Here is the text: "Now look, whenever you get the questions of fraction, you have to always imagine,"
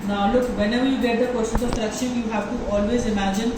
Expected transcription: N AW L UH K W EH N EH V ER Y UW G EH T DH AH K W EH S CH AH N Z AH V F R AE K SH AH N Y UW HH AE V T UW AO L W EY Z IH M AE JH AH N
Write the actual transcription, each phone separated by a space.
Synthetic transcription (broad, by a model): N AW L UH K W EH N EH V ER Y UW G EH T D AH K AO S AH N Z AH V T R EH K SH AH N Y UW HH AE V T UW AO L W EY Z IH M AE JH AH N